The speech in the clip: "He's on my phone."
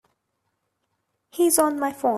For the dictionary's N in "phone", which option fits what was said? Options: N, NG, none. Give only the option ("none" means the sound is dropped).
none